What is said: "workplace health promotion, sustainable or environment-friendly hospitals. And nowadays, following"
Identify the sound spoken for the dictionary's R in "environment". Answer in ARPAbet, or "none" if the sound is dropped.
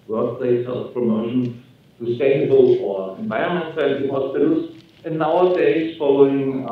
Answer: none